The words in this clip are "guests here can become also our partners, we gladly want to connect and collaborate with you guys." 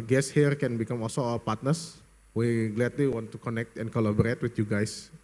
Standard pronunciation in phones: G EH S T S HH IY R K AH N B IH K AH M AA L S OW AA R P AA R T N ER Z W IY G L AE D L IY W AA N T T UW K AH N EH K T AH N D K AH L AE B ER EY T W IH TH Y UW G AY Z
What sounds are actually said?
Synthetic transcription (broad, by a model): G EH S S HH IY R K AH N B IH K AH M AA L S OW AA L P AA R T N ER S W IY G L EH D L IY W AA N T T UW K AH N EH K T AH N K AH L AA B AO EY T W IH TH Y UW G AY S